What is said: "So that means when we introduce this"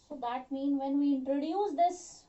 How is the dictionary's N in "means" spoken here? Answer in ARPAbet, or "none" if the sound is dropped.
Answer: N